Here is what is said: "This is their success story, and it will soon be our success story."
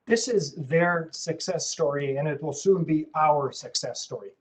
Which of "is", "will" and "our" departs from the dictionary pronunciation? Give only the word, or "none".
none